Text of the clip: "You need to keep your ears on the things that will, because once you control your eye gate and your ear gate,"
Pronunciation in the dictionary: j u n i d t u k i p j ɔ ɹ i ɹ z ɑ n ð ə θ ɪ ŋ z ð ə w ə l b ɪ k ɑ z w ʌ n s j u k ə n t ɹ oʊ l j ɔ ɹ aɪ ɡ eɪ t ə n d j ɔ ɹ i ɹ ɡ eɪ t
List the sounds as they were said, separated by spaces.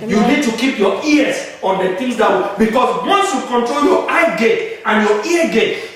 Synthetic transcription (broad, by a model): j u n i d t u k i p j ɔ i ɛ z ɑ n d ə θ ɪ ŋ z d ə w b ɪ k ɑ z w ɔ n s j u k ə n t ɹ oʊ l j ɔ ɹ aɪ ɡ eɪ t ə n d j ɔ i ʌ ɡ eɪ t